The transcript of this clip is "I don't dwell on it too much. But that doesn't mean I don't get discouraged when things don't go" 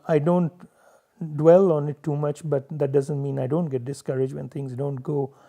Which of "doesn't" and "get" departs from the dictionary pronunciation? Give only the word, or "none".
none